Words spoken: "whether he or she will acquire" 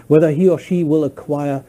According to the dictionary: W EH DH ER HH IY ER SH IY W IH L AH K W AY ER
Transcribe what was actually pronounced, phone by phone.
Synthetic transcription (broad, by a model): W EH DH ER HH IY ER SH IY W IH L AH K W AY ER